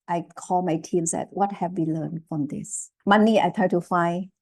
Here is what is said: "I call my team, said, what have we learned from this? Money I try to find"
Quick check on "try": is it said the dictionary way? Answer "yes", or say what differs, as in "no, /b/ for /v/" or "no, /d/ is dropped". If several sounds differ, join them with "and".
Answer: no, /ɹ/ is dropped